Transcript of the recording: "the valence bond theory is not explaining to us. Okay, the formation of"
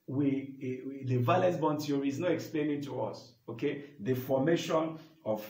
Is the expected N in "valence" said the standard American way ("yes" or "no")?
no